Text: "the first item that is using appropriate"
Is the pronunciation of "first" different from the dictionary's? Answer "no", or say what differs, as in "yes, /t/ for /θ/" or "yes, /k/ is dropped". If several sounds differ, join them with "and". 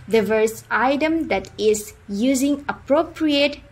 yes, /t/ is dropped